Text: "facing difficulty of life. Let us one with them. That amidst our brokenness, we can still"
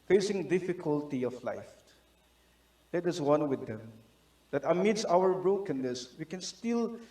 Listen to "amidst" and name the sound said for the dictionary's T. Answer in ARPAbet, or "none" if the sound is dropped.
none